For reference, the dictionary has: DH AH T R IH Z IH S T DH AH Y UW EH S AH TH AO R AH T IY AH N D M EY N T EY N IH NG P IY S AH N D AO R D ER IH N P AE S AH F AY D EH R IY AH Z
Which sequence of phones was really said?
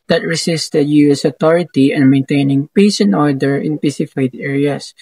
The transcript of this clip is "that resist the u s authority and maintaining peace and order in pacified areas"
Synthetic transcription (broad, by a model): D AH T R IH S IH S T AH Y UW EH S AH T AO R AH T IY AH N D M EY N T EY N IH NG P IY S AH N AO R D ER IH N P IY S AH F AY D EH R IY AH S